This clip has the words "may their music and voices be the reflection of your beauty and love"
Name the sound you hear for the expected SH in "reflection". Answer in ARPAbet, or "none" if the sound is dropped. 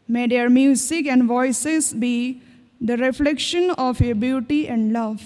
SH